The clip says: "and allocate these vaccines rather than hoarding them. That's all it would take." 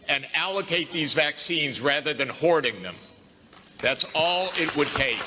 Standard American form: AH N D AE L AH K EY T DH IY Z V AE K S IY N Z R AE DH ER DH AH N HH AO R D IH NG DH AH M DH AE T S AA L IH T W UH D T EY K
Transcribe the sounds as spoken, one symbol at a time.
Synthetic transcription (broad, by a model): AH N AE L AH K EY T DH IY Z V AE K S IY N Z R AE DH ER DH AH N HH AO R D IH NG DH AH M DH AE T S AA L IH T W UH D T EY